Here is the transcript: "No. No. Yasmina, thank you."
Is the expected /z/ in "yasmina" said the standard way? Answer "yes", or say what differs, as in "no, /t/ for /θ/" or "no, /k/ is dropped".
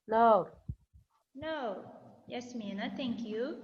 no, /s/ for /z/